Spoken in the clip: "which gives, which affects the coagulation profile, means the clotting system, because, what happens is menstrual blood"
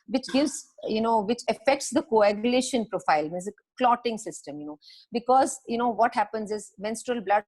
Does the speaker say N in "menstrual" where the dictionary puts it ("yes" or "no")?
yes